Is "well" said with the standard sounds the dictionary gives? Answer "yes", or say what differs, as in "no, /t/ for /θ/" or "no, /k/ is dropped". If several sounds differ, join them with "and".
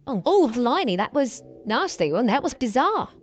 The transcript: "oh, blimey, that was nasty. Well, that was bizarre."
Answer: no, /n/ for /l/